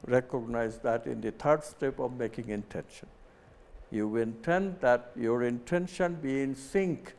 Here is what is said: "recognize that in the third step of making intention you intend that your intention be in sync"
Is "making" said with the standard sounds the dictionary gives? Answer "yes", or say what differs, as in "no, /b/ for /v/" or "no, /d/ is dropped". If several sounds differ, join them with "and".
yes